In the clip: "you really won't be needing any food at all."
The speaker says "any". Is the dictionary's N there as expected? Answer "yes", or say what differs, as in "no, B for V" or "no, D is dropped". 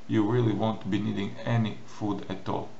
yes